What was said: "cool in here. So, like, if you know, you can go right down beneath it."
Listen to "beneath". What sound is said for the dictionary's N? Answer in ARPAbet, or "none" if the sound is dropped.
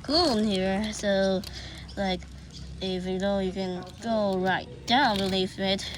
L